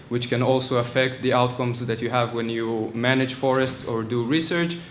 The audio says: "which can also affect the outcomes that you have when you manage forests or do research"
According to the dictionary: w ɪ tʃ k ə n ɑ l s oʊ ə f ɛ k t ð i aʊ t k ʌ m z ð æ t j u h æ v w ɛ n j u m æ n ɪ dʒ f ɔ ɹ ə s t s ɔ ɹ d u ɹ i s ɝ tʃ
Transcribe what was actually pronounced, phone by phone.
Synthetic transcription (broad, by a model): w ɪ tʃ k ə n ɑ l s oʊ ə f ɛ k t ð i aʊ t k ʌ m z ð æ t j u h æ v w ɛ n j u m æ n ɪ dʒ f ɔ ɹ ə s t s ɔ ɹ d u ɹ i s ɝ tʃ